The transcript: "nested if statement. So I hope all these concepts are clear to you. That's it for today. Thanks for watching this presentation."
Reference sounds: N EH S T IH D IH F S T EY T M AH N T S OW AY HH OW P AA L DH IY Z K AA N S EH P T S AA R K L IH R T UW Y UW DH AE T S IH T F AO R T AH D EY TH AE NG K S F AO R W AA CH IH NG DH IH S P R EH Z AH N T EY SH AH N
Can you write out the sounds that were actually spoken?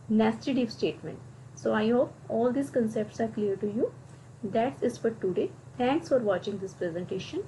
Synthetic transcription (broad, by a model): N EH S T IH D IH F S T EY T M AH N T S OW AY HH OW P AA L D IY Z K AA N S EH P T S AA R K L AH R T UW Y UW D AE T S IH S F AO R T AH D EY T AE NG K S F AO R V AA CH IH NG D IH S P R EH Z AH N T EY SH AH N